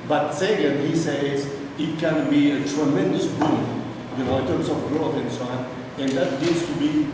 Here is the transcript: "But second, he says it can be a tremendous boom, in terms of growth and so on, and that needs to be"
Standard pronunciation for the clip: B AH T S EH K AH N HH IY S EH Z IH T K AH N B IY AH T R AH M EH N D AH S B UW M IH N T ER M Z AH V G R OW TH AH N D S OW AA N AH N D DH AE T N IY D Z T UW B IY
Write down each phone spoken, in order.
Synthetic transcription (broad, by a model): B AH T S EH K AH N HH IY S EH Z IH T K AH N B IY AH T R AH M EH N D AH S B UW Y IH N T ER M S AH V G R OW F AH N S OW AA N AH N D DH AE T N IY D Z T UW B IY